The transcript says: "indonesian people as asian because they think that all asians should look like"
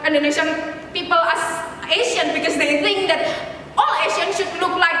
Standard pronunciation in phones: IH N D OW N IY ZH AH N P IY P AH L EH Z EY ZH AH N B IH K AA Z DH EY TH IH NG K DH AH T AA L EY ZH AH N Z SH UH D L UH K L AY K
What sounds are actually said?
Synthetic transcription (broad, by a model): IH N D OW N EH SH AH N P IY P AH L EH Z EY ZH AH N B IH K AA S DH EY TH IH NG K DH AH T AA L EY SH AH N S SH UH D L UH K L AY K